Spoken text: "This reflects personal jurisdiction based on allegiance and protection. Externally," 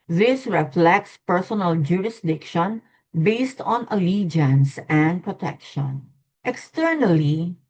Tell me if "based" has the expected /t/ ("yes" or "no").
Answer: yes